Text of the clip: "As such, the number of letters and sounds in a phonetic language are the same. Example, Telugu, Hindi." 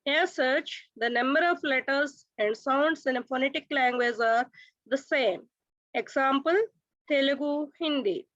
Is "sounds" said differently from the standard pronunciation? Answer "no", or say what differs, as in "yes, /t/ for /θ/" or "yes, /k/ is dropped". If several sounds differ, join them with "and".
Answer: yes, /s/ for /z/